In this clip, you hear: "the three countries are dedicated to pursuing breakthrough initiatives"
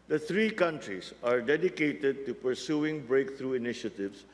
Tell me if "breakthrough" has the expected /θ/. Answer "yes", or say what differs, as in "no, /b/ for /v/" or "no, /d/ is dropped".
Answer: no, /t/ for /θ/